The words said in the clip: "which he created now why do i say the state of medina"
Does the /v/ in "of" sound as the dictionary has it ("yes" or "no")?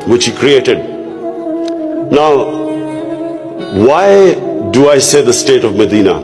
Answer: yes